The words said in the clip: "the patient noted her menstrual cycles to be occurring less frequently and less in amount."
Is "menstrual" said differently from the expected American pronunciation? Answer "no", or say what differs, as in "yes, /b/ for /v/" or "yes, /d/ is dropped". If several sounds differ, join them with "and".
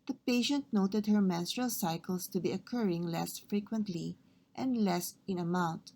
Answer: no